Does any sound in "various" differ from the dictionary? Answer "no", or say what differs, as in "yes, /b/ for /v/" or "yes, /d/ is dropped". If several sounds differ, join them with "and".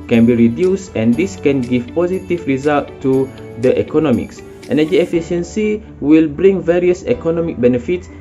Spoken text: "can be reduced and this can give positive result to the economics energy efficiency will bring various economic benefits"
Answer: no